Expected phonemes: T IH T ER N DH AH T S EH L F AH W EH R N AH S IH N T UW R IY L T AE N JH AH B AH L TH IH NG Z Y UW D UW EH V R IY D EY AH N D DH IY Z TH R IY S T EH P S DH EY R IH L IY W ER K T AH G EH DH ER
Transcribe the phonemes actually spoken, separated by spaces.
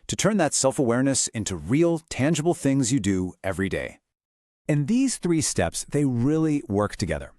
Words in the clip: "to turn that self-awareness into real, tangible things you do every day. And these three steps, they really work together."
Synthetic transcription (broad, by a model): T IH T ER N DH AH T S EH L F AH W EH R N AH S IH N T UW R IY L T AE N JH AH B L TH IH NG Z Y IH D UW EH V R IY D EY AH N DH IY Z TH R IY S T EH P S DH EY R IH L IY W ER K T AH G EH DH ER